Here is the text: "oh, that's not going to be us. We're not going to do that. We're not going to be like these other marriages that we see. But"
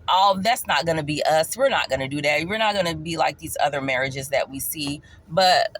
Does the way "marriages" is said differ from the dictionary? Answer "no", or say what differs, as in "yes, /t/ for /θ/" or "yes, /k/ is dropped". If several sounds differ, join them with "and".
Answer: no